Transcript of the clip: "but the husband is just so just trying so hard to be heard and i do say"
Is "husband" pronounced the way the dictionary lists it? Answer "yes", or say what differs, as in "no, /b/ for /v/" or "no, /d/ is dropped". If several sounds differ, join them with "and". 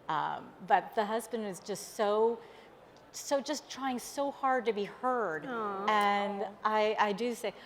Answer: yes